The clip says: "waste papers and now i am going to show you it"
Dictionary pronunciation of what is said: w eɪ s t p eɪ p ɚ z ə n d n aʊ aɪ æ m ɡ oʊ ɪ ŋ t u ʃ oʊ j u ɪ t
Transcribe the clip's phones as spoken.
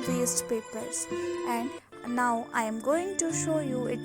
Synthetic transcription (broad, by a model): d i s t p eɪ p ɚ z ə n d n aʊ aɪ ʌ m ɡ oʊ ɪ ŋ t u ʃ oʊ j u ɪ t